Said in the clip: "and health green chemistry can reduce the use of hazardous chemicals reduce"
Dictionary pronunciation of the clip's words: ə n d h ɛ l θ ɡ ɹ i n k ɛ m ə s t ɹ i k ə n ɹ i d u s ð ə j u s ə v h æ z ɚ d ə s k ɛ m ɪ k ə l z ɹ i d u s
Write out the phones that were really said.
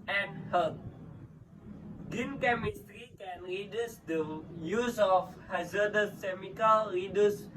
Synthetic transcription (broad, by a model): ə n h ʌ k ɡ i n k ɛ m ə s t ɹ i k ə n ɹ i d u s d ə j u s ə f h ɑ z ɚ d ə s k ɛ m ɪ k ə l ɹ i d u s